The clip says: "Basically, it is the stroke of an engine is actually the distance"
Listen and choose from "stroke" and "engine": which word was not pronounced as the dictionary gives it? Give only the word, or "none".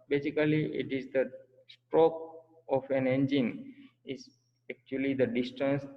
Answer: none